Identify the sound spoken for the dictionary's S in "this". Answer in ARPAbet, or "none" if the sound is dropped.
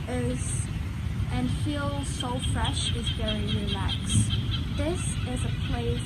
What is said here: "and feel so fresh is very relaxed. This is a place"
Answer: S